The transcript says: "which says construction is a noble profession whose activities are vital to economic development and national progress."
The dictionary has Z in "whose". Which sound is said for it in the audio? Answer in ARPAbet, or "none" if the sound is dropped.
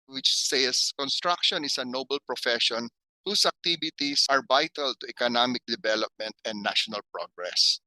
S